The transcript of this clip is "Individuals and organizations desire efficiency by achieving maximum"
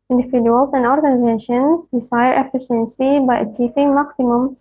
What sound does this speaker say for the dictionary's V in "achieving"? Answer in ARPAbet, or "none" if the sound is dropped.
P